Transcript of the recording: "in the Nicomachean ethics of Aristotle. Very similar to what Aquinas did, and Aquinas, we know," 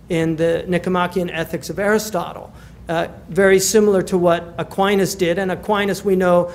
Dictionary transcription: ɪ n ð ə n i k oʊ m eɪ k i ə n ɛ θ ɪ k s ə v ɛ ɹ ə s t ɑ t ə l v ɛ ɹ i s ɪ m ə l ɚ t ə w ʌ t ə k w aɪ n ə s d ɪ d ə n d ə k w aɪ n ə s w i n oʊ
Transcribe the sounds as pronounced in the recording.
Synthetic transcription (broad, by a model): ɪ n ð ə n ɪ k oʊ m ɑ k i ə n ɛ θ ɪ k s ə v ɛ ɹ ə s t ɑ t l v ɛ ɹ i s ɪ m l ɚ t ə w ʌ t ə k w aɪ n ə s d ɪ d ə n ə k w aɪ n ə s w i n oʊ